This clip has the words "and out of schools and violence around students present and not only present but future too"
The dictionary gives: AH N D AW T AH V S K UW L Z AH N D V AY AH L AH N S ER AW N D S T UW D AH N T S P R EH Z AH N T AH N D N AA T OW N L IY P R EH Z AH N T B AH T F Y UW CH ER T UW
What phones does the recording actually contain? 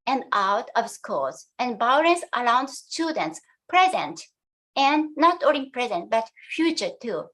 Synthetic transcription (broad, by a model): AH N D AW T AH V S K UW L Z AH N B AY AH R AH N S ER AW N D S T UW D AH N T S P R EH Z AH N T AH N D N AA T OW L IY P R EH Z AH N T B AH T F Y UW CH ER T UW